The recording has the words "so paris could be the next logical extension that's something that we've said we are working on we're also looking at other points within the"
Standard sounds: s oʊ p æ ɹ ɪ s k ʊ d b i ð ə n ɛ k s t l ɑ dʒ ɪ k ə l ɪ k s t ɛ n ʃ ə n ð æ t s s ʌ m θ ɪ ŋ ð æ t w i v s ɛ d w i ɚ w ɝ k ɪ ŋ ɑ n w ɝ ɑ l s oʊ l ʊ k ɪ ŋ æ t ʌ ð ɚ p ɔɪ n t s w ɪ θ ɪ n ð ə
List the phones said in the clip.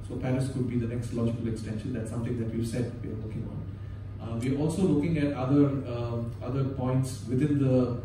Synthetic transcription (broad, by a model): s oʊ p æ ɹ ɪ s k ʊ d b i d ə n ɛ k s t l ɑ dʒ ɪ k ə l ɪ k s t ɛ n ʃ ə n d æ t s s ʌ m t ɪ ŋ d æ t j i s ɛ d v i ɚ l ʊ k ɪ ŋ ɑ n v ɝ ɑ l s oʊ l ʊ k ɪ ŋ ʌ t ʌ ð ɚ p ɔɪ n t s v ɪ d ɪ n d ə